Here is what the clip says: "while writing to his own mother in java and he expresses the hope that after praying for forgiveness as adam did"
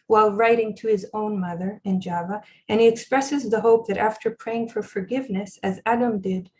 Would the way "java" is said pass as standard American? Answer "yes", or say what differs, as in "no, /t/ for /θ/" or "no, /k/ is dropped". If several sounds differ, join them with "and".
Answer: yes